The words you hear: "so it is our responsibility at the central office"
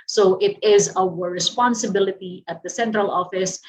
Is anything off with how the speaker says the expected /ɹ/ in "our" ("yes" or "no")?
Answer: yes